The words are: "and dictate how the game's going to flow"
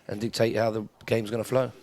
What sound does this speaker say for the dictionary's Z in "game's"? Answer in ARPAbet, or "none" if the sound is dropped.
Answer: Z